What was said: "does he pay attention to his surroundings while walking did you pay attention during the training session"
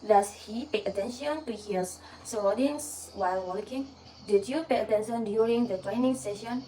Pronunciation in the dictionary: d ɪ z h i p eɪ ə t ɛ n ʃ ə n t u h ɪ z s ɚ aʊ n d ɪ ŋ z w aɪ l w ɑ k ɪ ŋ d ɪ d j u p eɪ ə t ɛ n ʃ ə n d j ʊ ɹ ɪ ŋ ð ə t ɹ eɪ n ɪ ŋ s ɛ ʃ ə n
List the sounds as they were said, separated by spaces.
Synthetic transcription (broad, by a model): d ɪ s h i p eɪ ə t ɛ n ʃ ə n t u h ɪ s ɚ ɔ d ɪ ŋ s w aɪ l w ɑ k ɪ ŋ d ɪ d j u p eɪ ə t ɛ n ʃ ə n d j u ɹ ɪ ŋ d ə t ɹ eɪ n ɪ ŋ s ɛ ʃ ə n